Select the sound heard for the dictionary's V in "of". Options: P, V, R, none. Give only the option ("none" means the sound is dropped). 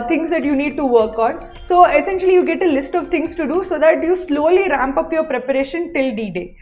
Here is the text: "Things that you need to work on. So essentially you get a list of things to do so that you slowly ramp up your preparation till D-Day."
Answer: V